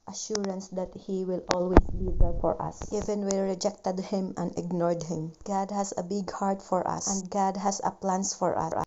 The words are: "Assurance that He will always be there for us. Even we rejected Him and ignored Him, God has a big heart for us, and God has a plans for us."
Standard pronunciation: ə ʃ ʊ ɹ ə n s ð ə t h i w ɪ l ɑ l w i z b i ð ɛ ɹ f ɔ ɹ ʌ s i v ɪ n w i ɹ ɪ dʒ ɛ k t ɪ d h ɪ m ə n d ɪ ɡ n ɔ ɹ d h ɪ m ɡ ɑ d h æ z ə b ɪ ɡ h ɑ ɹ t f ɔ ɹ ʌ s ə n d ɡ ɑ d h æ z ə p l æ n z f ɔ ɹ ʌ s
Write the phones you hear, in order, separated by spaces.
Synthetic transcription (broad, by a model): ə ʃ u ɹ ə n s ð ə t h i w ɪ l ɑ l w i s b i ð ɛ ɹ f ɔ ɹ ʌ s i v ɪ n w i ɹ ɪ dʒ ɛ k t ɪ d h ɪ m ə n d ɪ ɡ n ɔ ɹ d h ɪ m ɡ ɑ d h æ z ə b ɪ ɡ h ɑ ɹ t f ɔ ɹ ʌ s ə n d ɡ ɑ d h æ s ə p l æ n s f ɔ ɹ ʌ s